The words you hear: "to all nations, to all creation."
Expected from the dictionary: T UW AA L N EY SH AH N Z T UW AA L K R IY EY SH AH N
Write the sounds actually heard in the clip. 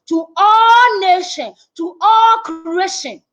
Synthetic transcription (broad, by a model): T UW AA L N EY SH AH N T UW AA L K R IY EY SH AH N